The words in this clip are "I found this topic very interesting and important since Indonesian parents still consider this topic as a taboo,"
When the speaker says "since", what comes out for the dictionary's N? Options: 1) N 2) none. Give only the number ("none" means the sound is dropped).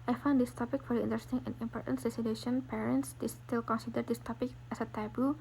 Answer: 2